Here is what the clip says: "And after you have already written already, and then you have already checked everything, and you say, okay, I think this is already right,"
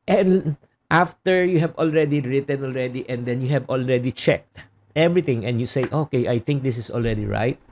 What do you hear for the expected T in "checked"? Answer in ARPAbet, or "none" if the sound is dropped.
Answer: T